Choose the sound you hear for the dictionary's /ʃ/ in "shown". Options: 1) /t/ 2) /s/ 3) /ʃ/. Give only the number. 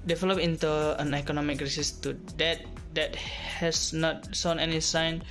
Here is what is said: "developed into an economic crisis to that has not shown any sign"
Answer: 2